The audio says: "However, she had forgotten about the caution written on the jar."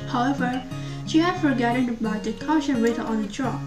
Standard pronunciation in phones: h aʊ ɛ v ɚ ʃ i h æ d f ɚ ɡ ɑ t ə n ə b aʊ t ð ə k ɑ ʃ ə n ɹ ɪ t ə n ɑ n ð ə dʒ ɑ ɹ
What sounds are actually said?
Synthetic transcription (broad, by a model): h aʊ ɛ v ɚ ʃ i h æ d f ɚ ɡ ɑ t ə n ə b aʊ t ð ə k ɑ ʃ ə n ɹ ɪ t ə ɑ n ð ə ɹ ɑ